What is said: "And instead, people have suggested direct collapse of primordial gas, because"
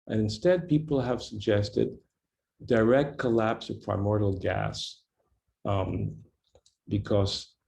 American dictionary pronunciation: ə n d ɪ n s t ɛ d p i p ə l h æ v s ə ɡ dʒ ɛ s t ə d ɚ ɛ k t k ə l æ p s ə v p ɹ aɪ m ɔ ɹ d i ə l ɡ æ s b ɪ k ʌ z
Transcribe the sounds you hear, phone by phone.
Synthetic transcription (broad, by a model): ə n ɪ n s t ɛ d p i p l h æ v s ə ɡ dʒ ɛ s t ə d ɚ ɛ k t k ə l æ p s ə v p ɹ aɪ m ɔ ɹ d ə l ɡ æ s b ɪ k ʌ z